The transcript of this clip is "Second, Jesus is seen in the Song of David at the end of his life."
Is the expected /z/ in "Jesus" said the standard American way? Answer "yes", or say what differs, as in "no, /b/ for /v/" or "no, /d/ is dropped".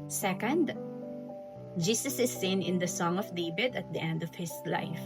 no, /s/ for /z/